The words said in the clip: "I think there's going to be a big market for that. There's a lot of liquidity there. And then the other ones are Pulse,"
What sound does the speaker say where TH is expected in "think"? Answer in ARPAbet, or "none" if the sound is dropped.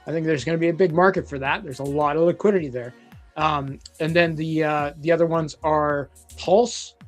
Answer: TH